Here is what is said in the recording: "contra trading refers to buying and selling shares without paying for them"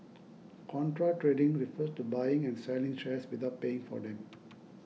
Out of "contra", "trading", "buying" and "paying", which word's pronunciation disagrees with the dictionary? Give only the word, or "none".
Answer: none